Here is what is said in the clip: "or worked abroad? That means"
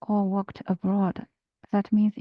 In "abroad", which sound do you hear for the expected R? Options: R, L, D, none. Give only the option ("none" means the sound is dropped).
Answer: R